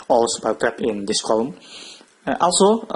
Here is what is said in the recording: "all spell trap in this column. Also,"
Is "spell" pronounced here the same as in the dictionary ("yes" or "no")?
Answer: no